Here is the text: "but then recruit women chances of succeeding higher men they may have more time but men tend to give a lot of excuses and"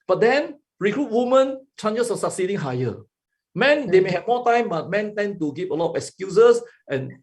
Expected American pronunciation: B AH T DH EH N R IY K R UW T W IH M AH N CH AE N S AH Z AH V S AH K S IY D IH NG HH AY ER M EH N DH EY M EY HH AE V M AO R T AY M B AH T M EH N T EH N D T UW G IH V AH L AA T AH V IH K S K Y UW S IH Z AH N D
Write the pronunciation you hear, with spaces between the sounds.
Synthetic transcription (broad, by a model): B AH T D EH N R IY K R UW T W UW M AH N CH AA N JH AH S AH S AH K S IY D IH NG HH AY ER M EH N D EY M EY HH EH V M AO T AY M B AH T M EH N T EH N T UW G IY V AH L AA T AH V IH K S K Y UW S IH S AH N